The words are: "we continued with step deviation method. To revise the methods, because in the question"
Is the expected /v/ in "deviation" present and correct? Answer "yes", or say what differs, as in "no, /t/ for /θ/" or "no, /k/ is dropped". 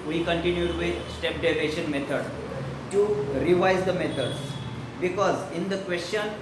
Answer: no, /v/ is dropped